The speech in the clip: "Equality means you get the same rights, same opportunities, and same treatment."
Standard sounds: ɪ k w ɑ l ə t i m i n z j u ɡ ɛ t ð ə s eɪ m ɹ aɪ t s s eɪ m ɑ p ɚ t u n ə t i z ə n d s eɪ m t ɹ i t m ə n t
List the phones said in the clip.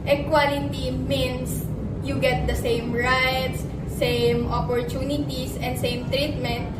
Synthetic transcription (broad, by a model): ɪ k w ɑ l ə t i m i n s j u ɡ ɛ t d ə s eɪ m ɹ aɪ t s s eɪ m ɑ p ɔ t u n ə t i s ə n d s eɪ m t ɹ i t m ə n t